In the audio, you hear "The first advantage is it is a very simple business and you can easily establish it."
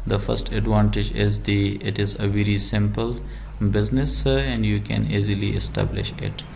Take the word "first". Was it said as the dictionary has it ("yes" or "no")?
yes